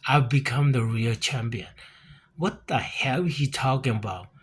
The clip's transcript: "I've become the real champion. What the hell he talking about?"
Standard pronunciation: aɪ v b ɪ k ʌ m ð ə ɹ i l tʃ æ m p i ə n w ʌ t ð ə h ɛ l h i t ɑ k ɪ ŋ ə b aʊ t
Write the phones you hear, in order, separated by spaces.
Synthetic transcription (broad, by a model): aɪ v b ɪ k ʌ m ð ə ɹ i l tʃ æ m p i ə n w ʌ t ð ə h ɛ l h i t ɑ k ɪ ŋ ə b aʊ t